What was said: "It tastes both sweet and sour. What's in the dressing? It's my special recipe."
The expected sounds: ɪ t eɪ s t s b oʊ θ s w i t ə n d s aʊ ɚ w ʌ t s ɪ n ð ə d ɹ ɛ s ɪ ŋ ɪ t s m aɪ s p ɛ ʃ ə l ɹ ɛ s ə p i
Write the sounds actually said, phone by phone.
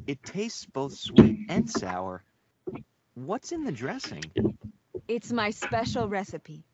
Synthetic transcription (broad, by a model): ɪ t eɪ s t s b oʊ θ s w i t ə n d s aʊ ɚ w ʌ t s ɪ n ð ə d ɹ ɛ s ɪ ŋ ɪ t s m aɪ s p ɛ ʃ ə l ɹ ɛ s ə p i